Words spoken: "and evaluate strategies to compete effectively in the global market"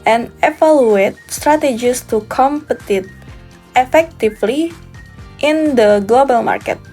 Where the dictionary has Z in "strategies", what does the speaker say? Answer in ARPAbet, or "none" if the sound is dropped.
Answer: S